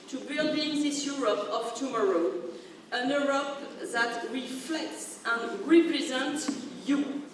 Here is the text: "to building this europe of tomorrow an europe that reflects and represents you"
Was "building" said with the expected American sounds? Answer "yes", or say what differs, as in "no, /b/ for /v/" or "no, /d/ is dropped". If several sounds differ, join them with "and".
yes